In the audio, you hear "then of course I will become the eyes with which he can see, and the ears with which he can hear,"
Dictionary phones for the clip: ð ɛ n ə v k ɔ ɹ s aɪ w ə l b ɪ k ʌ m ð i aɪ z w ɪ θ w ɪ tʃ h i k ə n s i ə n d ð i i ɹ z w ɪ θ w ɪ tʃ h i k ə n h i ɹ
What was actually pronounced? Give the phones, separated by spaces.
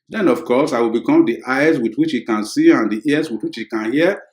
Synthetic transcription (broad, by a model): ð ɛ n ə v k ɔ s aɪ w ə l b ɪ k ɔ m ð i aɪ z w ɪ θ w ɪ tʃ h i k ə n s i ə n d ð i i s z w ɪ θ w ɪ tʃ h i k ə n h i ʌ